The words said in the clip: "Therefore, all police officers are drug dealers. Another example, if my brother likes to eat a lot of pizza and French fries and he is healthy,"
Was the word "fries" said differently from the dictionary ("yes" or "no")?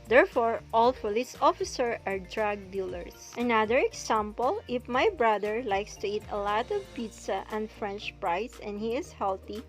yes